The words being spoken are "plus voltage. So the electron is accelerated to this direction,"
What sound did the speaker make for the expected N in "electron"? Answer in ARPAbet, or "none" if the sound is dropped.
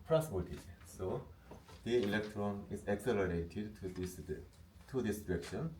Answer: N